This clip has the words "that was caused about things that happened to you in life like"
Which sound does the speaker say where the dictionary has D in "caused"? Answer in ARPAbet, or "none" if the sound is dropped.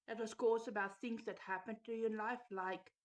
none